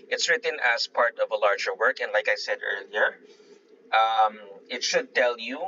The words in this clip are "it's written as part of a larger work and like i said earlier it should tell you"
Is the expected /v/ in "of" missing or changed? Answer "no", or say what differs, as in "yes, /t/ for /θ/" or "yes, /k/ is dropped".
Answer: no